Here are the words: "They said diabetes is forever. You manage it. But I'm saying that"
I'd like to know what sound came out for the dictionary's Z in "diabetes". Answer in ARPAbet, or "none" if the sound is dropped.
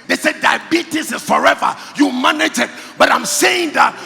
S